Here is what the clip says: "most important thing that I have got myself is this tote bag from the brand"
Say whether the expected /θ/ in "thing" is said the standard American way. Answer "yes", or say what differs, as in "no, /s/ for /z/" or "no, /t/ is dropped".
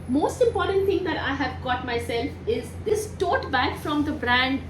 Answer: no, /t/ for /θ/